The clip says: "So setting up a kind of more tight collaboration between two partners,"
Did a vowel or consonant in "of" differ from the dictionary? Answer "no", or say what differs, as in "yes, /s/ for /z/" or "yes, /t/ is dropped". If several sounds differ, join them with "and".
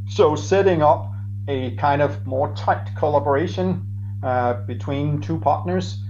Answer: no